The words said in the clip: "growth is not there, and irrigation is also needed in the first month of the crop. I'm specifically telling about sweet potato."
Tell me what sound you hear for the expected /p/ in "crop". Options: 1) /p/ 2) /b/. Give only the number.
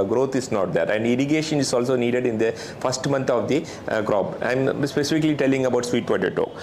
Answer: 2